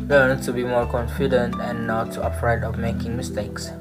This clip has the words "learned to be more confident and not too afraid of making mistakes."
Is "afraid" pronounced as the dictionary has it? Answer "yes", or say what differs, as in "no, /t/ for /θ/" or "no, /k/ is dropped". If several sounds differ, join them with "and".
no, /p/ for /f/